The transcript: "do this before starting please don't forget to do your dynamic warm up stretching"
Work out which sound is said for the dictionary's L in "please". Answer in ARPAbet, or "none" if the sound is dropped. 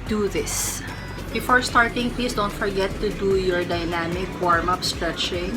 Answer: none